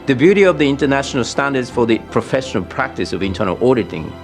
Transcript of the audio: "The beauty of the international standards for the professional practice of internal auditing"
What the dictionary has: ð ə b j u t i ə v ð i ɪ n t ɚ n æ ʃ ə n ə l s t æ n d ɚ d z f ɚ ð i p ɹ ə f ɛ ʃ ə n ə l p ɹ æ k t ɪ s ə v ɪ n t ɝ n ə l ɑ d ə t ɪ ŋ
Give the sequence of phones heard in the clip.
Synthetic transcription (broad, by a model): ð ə b j u t i ə v ð i ɪ n t ɚ n æ ʃ ə n ə l s t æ n d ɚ d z f ɚ ð i p ɹ ə f ɛ ʃ ə n ə l p ɹ æ k t ɪ s ə v ɪ n t ɝ n ə l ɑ d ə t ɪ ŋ